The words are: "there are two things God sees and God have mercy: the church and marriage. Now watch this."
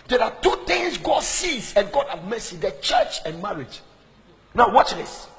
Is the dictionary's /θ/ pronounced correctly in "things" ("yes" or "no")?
no